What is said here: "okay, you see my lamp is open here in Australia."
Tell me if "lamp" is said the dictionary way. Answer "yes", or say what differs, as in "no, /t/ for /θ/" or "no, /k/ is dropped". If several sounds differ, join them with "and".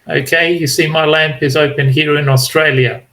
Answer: yes